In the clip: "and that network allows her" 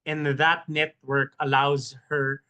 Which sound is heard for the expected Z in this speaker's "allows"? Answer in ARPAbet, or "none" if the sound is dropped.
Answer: Z